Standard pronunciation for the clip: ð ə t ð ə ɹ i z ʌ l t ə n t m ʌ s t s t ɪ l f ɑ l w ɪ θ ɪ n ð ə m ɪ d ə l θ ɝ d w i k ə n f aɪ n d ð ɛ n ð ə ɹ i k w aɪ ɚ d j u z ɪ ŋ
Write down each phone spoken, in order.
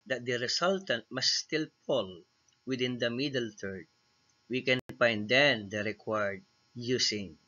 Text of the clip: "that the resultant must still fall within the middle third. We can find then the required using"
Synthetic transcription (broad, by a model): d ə t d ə ɹ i s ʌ l t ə n t m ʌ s s t ɪ l p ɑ l w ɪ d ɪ n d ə m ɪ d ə l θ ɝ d w i k ə n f aɪ n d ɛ n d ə ɹ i k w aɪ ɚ d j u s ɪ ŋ